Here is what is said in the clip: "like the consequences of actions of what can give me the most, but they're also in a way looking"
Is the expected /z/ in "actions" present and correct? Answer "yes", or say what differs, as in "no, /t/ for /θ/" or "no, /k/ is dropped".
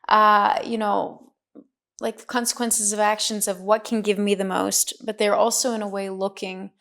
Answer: yes